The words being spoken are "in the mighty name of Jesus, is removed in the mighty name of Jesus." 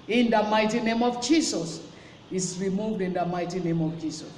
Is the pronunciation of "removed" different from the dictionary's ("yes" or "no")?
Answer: no